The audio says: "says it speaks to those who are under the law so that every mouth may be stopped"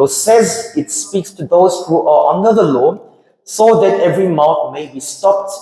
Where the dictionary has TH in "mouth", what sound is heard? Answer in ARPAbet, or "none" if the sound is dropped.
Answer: T